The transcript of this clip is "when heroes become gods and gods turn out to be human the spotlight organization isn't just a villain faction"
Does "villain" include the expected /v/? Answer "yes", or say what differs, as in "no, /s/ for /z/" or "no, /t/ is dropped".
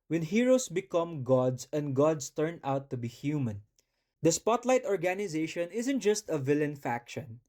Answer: yes